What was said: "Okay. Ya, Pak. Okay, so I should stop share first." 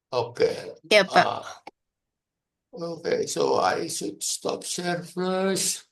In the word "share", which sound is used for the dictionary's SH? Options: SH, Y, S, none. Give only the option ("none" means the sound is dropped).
S